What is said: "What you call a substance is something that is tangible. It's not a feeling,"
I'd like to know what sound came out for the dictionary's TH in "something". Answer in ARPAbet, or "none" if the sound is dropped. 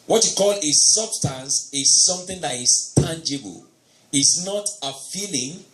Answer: TH